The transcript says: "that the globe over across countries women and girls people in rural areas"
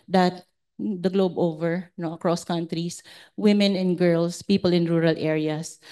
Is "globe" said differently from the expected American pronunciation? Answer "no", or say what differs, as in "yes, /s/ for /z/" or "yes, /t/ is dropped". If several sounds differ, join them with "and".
no